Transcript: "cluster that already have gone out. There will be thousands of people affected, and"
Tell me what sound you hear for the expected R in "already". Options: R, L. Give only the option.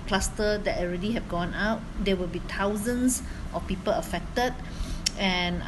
R